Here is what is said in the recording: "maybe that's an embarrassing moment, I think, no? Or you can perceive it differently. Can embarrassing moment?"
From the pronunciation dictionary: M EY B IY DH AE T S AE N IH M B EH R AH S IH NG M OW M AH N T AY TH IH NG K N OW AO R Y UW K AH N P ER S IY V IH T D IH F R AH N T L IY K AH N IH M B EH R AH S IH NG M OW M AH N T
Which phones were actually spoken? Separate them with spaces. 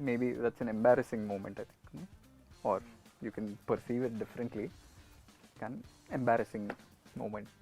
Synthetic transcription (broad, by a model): M EY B IY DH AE T S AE N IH M B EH R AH S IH NG M OW M AH N T AY T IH K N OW AO R Y UW K AH N P ER S IY V IH T D IH F R AH N T L IY K AH N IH M B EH R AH S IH NG M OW M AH N T